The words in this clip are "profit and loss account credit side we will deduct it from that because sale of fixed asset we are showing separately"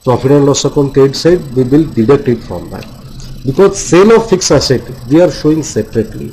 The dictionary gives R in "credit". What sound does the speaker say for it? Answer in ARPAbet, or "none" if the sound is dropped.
none